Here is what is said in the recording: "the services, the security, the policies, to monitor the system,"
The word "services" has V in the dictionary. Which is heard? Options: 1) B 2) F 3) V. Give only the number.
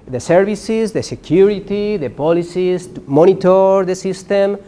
1